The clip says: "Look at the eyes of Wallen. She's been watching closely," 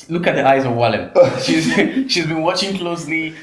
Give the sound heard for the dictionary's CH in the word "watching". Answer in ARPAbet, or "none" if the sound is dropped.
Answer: CH